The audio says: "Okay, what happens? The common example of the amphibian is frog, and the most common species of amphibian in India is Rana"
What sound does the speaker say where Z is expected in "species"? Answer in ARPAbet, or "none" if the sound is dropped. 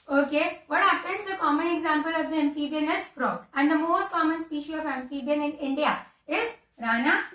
none